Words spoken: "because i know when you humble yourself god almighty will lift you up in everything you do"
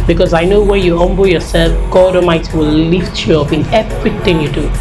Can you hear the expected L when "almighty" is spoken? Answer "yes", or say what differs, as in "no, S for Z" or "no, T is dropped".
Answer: no, L is dropped